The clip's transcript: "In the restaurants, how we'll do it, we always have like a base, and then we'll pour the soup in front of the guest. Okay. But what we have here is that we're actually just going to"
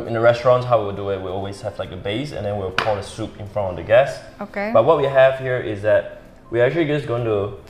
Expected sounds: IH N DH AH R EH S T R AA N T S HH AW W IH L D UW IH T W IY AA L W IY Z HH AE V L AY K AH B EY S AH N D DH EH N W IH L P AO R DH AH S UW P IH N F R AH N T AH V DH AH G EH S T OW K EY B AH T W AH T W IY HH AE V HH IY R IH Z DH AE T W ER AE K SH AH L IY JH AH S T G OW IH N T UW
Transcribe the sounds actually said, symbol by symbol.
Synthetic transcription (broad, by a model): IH N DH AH R EH S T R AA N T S HH AW W IH L D UW IH T W IY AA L W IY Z HH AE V L AY K AH B EY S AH N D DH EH N W IH L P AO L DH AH S UW P IH N F R AH N T AH V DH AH G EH S OW K EY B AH T W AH T W IY HH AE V HH IY R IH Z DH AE T W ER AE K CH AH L IY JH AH S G OW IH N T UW